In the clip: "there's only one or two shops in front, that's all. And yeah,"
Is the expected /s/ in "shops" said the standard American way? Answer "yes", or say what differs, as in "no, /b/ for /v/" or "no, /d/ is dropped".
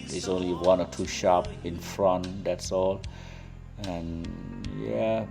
no, /s/ is dropped